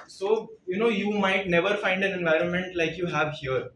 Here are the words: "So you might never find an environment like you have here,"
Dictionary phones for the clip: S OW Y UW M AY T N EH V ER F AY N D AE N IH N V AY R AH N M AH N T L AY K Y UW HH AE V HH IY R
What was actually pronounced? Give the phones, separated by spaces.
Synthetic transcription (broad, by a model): S OW Y UW M AY T N EH V ER F AY N D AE N IH N V AY R AH N M AH N T L AY K Y UW HH AE V HH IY R